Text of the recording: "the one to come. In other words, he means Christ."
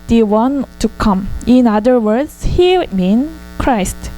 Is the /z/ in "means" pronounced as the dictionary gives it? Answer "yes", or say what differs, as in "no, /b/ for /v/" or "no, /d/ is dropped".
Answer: no, /z/ is dropped